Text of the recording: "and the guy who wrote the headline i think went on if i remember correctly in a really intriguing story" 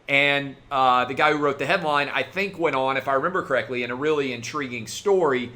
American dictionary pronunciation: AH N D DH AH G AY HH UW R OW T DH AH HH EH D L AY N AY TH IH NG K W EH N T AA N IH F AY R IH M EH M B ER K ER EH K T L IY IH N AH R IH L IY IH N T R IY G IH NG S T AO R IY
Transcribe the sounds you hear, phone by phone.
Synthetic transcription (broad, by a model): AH N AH DH AH G AY HH UW R OW T DH AH HH EH D L AY N AY TH IH NG K W EH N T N IH F AY R IH M EH M B ER K ER EH K T L IY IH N AH R IH L IY IH N T R IY G IH NG S T AO R IY